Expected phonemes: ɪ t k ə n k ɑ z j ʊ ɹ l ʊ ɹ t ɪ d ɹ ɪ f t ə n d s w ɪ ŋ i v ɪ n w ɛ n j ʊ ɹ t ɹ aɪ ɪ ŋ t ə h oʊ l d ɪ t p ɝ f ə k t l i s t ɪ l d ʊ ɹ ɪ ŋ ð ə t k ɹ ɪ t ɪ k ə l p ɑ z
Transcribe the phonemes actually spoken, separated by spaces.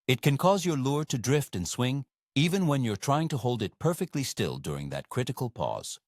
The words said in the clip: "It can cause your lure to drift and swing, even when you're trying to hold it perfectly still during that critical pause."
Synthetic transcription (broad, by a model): ɪ t k ə n k ɑ z j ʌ ɹ l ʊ ɹ t ɪ d ɹ ɪ f t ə n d s w ɪ ŋ i v ɪ n w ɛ n j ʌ ɹ t ɹ aɪ ɪ ŋ t ə h oʊ l d ɪ t p ɝ f ə k t l i s t ɪ l d ʊ ɹ ɪ ŋ ð ə t k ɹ ɪ t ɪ k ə l p ɑ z